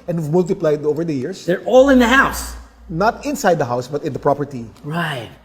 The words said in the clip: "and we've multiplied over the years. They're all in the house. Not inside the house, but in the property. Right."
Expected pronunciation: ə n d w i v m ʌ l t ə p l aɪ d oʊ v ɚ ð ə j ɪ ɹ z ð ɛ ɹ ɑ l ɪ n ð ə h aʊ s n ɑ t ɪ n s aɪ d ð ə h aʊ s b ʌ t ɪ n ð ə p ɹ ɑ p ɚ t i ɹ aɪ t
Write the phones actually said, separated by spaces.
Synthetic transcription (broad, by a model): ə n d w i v m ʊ l t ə p l aɪ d oʊ v ɚ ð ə j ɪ ɹ s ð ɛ ɹ ɑ l ɪ n ð ə h aʊ s n ɑ t ɪ n s aɪ d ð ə h aʊ s b ʌ t ɪ n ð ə p ɹ ɑ p ɚ t i ɹ aɪ t